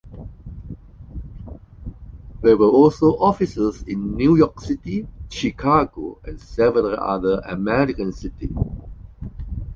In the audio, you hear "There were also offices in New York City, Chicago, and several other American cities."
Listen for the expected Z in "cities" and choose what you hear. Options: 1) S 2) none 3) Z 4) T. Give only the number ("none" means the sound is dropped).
2